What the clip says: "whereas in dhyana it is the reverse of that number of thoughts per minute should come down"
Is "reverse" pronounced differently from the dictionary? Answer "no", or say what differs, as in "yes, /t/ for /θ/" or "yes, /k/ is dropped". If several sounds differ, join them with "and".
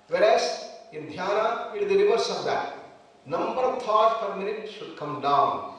yes, /l/ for /ɹ/